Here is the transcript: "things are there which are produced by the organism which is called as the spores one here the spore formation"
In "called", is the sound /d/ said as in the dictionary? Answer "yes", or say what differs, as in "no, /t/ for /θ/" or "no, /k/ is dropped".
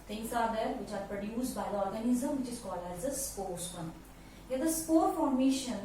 no, /d/ is dropped